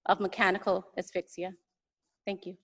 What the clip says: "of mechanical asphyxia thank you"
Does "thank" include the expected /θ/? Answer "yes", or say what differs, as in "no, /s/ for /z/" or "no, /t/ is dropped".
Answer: yes